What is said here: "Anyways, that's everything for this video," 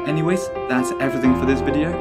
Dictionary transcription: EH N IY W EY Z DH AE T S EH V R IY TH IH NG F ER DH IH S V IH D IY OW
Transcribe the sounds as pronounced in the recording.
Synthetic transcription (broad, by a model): EH N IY W EY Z DH AE T S EH V R IY TH IH NG F ER DH IH S V IH D IY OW